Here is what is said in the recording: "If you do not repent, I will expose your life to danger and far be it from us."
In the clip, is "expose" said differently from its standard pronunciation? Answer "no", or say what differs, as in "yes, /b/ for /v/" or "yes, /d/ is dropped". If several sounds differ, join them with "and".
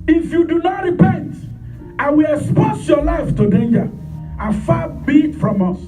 yes, /s/ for /z/